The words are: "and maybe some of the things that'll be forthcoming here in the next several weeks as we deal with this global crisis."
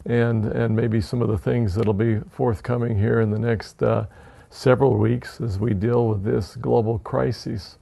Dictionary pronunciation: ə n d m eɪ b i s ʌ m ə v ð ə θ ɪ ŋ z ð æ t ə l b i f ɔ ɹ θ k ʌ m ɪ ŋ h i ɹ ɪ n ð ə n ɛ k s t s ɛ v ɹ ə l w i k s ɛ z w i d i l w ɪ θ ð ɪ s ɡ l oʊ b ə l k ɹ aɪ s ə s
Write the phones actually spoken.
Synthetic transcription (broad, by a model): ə n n m eɪ b i s ʌ m ə v ð ə θ ɪ ŋ z ð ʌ t l b i f ɔ ɹ θ k ʌ m ɪ ŋ h i ɹ ɪ n ð ə n ɛ k s t s ɛ v ɹ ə l w i k s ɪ z w i d i l w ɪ ð ɪ s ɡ l oʊ b l k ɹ aɪ s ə s